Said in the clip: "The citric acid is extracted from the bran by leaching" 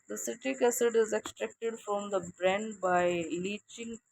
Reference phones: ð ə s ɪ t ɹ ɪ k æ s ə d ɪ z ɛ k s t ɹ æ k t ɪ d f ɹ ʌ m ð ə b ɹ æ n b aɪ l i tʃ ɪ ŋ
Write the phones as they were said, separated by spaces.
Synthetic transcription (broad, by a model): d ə s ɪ t ɪ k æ s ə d ɪ z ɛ k s t ɹ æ k t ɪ d f ɹ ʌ m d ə b ɹ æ n b aɪ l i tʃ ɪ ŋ